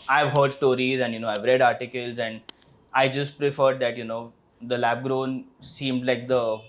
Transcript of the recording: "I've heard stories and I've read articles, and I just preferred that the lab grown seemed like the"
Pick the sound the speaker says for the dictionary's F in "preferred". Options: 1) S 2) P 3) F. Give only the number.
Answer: 3